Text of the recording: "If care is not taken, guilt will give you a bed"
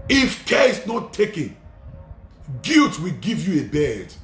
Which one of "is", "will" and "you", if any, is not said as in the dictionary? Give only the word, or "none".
is